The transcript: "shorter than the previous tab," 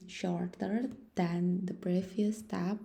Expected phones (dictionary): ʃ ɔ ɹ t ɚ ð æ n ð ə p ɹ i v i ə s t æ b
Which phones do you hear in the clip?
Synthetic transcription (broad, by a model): ʃ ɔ ɹ t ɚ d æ n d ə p ɹ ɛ f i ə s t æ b